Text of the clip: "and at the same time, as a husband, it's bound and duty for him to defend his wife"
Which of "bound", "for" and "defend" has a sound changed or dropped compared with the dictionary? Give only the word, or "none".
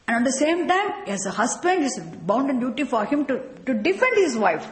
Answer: none